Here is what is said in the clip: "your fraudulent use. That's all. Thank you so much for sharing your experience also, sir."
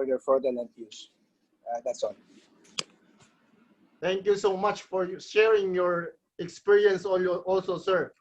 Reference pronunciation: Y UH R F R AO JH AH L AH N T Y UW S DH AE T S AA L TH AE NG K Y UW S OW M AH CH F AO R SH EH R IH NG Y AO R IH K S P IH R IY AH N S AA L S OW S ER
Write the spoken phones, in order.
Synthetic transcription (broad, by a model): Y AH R F AO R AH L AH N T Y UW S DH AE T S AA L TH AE NG K Y UW S OW M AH CH F AO R SH EH R IH NG Y AO R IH K S P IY R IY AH N S AA L S OW S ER